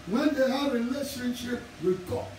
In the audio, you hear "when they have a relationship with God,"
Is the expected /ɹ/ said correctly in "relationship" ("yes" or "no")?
no